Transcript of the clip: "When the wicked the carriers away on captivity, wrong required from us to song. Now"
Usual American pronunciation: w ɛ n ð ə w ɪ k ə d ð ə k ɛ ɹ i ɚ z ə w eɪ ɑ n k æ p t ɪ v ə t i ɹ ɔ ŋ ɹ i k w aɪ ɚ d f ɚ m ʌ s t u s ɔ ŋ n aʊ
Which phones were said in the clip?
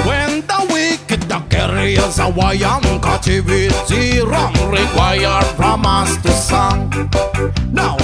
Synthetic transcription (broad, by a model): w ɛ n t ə w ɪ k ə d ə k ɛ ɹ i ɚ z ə w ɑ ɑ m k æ t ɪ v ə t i ɹ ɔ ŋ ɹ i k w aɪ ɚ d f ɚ m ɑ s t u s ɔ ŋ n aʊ